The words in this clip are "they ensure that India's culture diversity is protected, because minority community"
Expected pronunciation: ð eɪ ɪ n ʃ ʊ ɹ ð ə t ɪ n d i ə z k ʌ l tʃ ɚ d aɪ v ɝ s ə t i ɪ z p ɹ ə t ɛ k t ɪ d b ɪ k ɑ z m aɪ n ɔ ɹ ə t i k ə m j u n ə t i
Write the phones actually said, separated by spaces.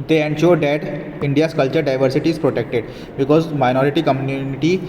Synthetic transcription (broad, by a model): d eɪ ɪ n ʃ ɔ ɹ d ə t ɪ n d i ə s k ʌ l tʃ ɚ d aɪ v ɝ s ə t i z p ɹ ə t ɛ k t ɪ d b ɪ k ɑ z m aɪ n ɔ ɹ ə t i k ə m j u n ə t i